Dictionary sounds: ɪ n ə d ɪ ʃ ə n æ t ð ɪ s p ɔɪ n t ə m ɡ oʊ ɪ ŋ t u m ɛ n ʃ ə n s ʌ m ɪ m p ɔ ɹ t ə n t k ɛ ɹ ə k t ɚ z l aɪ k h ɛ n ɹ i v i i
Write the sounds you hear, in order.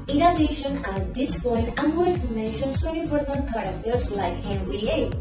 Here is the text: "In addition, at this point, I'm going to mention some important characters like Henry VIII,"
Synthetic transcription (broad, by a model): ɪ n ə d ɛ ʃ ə n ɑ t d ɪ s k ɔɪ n ə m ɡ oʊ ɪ t u m ɛ n ʃ ə n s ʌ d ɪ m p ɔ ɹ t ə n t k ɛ ɹ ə k t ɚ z l aɪ k h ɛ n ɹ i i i